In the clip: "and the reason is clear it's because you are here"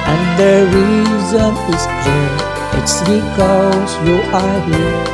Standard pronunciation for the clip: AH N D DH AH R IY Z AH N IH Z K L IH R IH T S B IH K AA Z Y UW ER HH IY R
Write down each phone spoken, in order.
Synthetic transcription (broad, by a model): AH N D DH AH R IY Z AH N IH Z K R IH IH T S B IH K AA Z Y UW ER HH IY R